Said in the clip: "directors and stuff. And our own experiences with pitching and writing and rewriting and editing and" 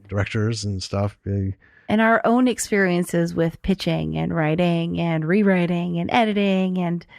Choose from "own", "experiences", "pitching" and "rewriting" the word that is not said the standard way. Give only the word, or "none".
none